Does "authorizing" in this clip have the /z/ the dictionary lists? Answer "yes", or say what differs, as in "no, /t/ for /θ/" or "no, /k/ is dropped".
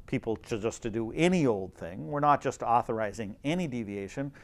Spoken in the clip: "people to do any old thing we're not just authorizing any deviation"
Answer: yes